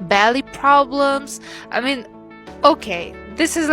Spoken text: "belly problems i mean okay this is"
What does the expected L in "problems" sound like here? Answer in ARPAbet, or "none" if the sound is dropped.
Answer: L